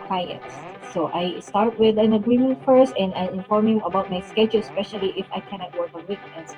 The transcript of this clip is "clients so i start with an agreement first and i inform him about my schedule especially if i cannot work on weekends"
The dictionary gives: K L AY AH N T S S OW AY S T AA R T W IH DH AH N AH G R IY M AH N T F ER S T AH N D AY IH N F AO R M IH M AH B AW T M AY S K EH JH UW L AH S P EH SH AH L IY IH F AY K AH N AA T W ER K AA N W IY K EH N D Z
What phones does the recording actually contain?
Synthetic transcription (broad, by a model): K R AY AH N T S S OW AY S T AA R T W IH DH AH N AH G R IY M AH N T F ER S T AH N D AY IH N F AO R M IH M AH B AW T M AY S K EH JH UW L S P EH SH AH L IY IH F AY K AH N AA T W ER K AA N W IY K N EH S